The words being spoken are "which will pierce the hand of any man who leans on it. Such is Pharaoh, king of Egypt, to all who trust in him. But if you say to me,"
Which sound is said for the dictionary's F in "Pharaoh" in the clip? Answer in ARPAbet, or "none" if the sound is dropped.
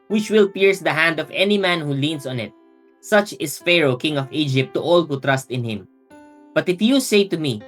F